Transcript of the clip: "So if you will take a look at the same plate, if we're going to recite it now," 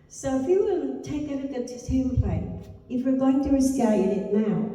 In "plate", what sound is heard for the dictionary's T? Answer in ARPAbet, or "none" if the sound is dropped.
none